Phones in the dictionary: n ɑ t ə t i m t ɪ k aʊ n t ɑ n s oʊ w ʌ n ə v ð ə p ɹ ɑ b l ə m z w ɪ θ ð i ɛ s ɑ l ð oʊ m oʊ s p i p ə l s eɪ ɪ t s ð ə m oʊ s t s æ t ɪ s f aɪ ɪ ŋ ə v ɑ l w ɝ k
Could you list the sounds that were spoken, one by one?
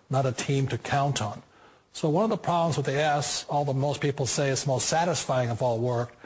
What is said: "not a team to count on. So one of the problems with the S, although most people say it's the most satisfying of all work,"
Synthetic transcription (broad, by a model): n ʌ t ə t i m t ɪ k aʊ n t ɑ n s oʊ w ʌ n ə v ð ə p ɹ ɑ b l ə m z w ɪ ð i ɛ s ɑ l ð oʊ m oʊ s p i p l s eɪ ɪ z ð ə m oʊ s t s æ t ɪ s f aɪ ɪ ŋ ə v ɑ l w ɝ k